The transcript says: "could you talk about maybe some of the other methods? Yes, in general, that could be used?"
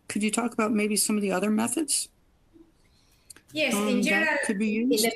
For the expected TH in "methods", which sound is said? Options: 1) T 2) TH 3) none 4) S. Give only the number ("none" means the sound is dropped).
2